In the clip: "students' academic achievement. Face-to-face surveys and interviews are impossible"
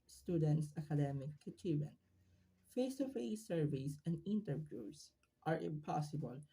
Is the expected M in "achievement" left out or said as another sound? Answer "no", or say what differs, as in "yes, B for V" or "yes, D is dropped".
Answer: yes, M is dropped